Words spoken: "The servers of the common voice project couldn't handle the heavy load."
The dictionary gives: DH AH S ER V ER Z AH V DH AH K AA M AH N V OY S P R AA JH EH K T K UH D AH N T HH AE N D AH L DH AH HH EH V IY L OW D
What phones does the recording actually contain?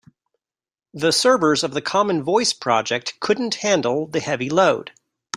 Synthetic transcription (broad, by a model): DH AH S ER B ER Z AH V DH AH K AA M AH N V OY S P R AA JH EH K T K UH D N T HH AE N D L DH AH HH EH V IY L OW D